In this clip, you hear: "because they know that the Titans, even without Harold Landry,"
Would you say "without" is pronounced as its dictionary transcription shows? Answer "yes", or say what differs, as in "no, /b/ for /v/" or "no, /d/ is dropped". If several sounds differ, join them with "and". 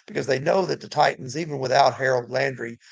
yes